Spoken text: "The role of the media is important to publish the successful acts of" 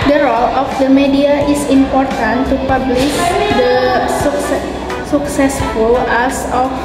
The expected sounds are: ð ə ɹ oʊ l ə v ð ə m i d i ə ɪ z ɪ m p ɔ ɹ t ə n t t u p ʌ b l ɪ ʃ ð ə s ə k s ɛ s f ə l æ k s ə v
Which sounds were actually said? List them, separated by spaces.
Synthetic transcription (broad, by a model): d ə ɹ oʊ l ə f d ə m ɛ d i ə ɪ s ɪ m p ɔ ɹ t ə n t t u p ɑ b l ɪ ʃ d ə s ə k s ɛ s f ə l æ s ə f